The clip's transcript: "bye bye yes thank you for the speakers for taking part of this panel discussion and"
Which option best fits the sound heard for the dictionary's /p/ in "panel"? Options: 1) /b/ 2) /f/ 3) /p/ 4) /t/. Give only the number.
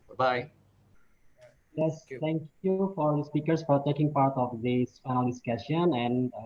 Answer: 2